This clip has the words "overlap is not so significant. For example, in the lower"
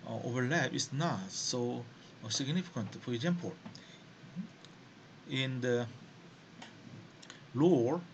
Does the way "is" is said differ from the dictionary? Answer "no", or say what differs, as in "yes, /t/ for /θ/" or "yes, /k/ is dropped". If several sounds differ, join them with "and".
yes, /s/ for /z/